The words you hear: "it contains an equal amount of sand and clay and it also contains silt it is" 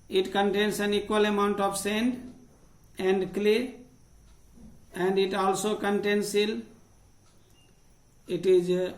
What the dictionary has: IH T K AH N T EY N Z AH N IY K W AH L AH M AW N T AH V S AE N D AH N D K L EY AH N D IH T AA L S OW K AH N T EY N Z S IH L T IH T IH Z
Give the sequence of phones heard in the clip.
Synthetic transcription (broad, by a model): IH T K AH N T EY N S AH N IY K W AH L AH M AW N T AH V S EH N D AH N D K L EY AH N D IH T AA L S OW K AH N T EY N S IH L IH T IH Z